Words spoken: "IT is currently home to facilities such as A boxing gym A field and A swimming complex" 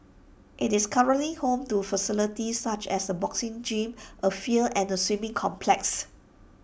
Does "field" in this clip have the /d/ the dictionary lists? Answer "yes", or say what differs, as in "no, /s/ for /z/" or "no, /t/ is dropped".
no, /d/ is dropped